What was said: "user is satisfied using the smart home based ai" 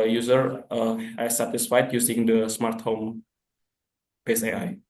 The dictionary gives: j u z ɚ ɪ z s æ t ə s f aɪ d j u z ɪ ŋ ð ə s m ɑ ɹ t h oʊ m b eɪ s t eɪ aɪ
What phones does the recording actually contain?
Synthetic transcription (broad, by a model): j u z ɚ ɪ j s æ t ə s f aɪ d j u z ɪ ŋ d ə s m ɑ ɹ t h oʊ m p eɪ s eɪ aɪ